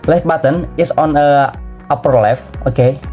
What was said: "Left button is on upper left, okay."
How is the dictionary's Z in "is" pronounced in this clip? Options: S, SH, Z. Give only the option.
S